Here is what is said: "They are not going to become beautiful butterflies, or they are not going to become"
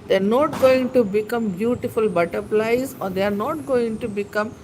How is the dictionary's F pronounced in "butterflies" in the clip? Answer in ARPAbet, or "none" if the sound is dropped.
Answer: P